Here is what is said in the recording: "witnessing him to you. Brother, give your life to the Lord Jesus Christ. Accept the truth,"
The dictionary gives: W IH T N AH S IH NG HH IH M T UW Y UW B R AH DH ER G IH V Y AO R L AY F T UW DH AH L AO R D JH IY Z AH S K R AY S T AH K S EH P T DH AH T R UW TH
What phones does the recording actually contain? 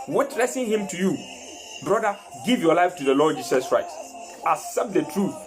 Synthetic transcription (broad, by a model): W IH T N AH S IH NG HH IH M T UW Y UW B R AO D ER G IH V Y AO L AY F T UW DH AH L AO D JH IY S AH S K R AY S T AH S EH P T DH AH T R UW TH